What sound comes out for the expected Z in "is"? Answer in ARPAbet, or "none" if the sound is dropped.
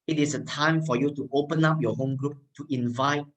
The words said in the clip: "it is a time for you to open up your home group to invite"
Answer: S